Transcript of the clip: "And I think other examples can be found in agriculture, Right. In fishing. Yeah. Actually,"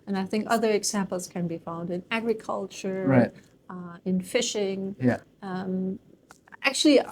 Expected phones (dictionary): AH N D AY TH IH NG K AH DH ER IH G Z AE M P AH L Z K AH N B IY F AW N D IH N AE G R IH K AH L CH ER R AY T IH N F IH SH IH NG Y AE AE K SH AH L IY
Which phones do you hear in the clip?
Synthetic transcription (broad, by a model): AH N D AY TH IH NG K AH DH ER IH G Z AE M P L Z K AH N B IY F AW N D IH N AE G R IH K AH L CH ER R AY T IH N F IH SH IH NG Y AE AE K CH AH L IY